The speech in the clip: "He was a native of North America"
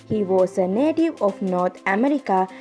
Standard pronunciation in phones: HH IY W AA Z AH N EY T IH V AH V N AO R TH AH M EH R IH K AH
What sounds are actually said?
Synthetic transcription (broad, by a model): HH IY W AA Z AH N EY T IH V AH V N AO R T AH M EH R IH K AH